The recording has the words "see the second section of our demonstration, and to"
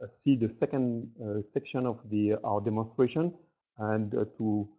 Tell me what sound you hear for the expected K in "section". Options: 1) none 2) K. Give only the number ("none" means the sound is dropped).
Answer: 2